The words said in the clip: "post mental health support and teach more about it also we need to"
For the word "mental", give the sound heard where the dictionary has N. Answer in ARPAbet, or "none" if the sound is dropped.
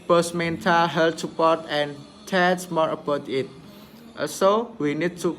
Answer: N